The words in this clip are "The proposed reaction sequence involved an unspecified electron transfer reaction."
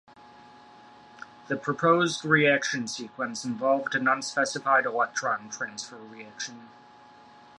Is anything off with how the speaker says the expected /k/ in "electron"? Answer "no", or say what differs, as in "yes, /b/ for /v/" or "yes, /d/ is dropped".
yes, /k/ is dropped